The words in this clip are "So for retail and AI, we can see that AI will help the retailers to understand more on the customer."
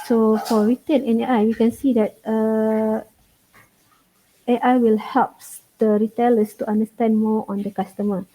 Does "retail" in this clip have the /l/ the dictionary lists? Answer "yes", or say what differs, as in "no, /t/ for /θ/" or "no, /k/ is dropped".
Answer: no, /n/ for /l/